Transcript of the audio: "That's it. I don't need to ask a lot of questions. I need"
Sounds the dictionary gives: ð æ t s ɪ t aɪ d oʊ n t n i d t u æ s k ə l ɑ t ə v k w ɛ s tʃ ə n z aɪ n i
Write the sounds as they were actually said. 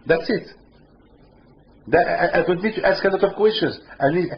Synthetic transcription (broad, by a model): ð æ t s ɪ t aɪ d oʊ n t n i d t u æ s k ə l ɑ t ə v k w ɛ s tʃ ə n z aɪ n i